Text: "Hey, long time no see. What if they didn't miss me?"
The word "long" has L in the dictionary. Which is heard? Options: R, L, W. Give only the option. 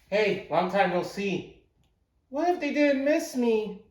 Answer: W